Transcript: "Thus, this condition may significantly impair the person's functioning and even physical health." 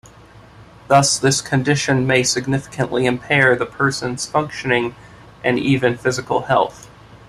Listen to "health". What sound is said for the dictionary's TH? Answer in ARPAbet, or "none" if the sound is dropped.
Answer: TH